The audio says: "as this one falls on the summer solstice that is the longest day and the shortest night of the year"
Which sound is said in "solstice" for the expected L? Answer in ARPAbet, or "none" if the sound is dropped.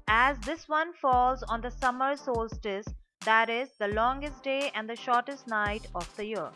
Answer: L